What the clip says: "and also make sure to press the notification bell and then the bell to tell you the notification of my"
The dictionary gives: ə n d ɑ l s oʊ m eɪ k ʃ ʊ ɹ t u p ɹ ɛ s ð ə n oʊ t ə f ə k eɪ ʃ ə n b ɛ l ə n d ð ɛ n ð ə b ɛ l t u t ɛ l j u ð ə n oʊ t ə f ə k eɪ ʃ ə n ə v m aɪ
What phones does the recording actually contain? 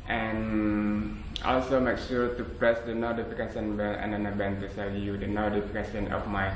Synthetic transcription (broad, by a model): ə n ɑ l s oʊ m eɪ k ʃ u t u p ɹ ɛ s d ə n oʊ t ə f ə k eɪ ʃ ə n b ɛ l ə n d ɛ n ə b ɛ n t u s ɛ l j u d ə n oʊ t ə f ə k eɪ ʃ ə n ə f m aɪ